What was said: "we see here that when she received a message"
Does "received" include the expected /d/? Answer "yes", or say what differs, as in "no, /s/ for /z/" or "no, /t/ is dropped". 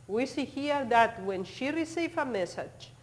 no, /d/ is dropped